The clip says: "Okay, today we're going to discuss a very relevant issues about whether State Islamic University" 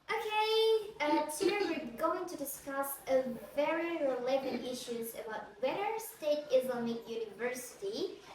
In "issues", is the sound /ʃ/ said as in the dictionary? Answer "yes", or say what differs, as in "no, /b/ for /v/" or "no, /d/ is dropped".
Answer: yes